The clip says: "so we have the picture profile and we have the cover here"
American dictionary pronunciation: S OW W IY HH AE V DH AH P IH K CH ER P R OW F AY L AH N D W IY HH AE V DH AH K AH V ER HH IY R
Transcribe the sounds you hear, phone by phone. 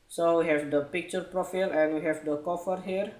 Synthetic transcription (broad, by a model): S OW W IY HH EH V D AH P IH K CH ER P R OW F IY L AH N W IY HH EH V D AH K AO F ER HH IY R